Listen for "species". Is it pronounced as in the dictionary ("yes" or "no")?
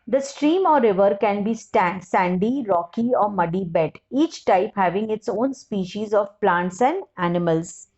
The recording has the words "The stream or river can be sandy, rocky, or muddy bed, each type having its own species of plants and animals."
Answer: yes